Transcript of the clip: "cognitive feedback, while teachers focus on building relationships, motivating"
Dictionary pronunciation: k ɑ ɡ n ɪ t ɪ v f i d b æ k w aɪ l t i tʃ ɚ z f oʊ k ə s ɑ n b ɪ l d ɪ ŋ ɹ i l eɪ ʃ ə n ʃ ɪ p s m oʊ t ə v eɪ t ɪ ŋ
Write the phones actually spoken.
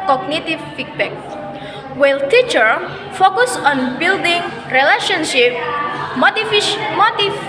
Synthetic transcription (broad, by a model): k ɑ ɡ n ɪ t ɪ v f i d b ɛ k w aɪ l t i tʃ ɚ f oʊ k ə s ɑ n b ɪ l d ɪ ŋ ɹ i l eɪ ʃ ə n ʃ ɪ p m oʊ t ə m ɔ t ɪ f